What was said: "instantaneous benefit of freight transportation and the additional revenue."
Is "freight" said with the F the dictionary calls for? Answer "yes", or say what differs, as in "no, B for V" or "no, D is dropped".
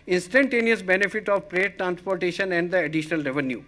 no, P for F